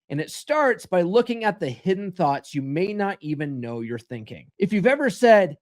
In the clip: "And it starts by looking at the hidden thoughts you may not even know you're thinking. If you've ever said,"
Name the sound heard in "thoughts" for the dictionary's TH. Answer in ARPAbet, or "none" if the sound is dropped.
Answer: TH